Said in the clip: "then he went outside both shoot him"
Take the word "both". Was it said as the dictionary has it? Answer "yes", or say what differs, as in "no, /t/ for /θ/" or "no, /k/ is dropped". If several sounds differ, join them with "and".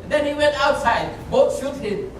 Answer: no, /t/ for /θ/